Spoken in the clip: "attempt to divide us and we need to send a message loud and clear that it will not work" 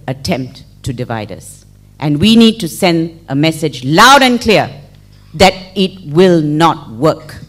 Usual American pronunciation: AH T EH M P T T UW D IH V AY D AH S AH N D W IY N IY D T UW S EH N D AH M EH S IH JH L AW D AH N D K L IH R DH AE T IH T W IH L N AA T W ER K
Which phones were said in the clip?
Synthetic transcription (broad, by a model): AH T EH M P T T UW D IH V AY D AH S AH N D W IY N IY D T UW S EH N D AH M EH S IH JH L AW D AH N K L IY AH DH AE T IH T W IH L N AA T W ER K